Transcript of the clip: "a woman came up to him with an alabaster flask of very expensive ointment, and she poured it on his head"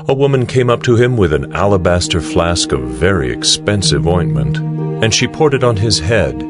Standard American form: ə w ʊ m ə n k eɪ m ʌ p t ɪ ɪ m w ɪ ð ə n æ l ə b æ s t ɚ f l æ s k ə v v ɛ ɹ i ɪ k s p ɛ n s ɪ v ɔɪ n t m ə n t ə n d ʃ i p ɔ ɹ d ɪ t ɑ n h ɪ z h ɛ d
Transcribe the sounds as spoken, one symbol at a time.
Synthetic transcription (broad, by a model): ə w ʊ m ə n k eɪ m ʌ p t ɪ ɪ m w ɪ ð ə n æ l ə b æ s t ɚ f l æ s k ə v v ɛ ɹ i ɪ k s p ɛ n s ɪ v ɔɪ n m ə n t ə n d ʃ i p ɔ ɹ d ɪ t n ɪ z h ɛ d